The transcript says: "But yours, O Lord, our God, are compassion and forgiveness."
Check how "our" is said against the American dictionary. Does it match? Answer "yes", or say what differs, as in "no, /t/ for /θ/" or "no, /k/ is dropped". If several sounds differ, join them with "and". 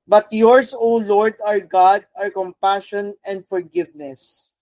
yes